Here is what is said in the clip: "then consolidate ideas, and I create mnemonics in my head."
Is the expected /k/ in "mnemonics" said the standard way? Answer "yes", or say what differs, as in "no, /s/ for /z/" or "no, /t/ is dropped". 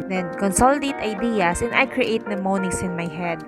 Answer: no, /k/ is dropped